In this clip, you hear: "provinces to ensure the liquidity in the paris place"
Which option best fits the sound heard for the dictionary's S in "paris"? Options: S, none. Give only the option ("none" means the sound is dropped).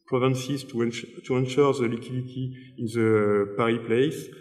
none